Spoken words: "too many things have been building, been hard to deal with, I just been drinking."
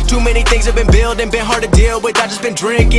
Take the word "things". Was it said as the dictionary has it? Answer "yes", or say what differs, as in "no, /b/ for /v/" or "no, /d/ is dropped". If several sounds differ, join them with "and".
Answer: yes